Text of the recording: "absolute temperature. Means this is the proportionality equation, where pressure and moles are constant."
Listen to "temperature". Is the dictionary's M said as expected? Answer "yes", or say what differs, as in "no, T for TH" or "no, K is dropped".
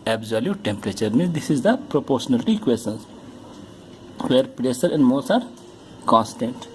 yes